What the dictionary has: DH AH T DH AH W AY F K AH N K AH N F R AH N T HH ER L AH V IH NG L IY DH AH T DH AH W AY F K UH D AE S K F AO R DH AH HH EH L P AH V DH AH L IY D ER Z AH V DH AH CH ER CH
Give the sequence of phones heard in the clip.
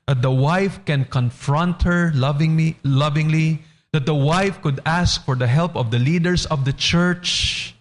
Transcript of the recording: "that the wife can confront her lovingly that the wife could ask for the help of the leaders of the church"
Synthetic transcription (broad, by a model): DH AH T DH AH W AY F K AH N K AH N F R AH N T HH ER L AH V IH NG L IY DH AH T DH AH W AY F K UH D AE S K F AO R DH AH HH EH L P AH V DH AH L IY D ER S AH V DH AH CH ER CH